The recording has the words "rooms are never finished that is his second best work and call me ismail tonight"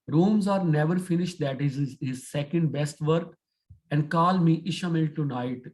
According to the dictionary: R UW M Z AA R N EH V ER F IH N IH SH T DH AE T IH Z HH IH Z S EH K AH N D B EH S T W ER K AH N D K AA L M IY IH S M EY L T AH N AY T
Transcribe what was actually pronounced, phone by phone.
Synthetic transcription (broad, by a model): R UW M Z AA R N EH V ER F IH N IH SH T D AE T IH Z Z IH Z S EH K AH N D B EH S T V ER K AH N D K AA L M IY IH SH M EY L T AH N AY T